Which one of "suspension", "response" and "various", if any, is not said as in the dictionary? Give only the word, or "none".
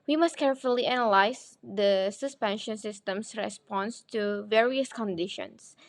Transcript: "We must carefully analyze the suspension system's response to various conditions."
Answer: none